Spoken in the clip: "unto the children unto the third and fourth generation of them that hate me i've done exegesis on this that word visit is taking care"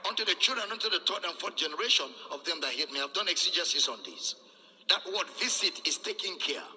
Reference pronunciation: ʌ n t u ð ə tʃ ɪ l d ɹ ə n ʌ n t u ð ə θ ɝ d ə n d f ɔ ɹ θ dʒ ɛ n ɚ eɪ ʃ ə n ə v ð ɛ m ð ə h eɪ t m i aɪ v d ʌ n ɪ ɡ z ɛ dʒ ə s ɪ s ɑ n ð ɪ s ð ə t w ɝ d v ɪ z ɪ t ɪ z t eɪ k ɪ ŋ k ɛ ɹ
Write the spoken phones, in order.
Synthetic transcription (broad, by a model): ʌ n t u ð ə tʃ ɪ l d ɹ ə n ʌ n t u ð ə t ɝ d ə n f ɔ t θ dʒ ɛ n ɚ eɪ ʃ ə n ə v ð ɛ m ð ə h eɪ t m i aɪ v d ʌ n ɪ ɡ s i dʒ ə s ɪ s ɑ n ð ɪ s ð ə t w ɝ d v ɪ s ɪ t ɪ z t eɪ k ɪ ŋ k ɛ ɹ